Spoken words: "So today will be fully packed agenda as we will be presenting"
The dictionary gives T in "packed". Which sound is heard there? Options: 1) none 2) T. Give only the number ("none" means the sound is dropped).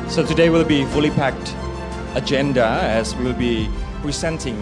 2